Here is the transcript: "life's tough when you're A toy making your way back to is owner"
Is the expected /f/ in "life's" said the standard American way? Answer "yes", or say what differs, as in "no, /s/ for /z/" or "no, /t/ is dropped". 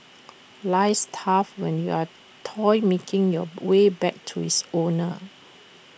no, /f/ is dropped